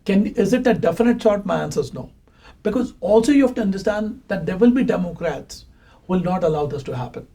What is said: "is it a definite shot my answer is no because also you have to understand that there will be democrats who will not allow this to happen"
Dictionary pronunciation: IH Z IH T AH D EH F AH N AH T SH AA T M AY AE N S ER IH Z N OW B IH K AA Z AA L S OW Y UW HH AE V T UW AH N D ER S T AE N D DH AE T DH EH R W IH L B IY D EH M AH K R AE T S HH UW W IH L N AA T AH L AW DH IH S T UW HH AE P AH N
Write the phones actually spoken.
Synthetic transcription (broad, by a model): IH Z IH T AH D EH F AH N AH T S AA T M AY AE N S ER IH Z N OW B IH K AA Z AA L S OW Y UW HH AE F T UW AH N D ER S T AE N D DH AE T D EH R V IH L B IY D EH M AH K R AE T S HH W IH L N AA T AH L AW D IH S T UW HH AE P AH N